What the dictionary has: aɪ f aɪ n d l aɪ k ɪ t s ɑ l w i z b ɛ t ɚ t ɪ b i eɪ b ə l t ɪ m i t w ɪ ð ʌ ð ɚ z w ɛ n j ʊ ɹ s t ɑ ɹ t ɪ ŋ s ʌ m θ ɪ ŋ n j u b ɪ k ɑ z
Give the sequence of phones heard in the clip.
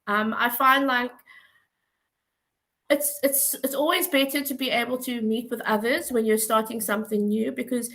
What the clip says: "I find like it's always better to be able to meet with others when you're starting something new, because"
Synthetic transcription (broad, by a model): aɪ f aɪ n d l aɪ k ɪ t s ɑ l w i z b ɛ t ɚ t ɪ b i eɪ b ə l t ɪ m i t w ɪ ð ʌ ð ɚ z w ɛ n j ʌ ɹ s t ɑ ɹ t ɪ ŋ s ʌ m θ ɪ ŋ n j u b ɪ k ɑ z